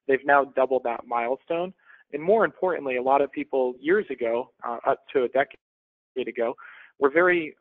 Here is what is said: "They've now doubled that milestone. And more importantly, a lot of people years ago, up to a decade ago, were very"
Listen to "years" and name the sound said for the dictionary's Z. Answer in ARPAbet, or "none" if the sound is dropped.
Z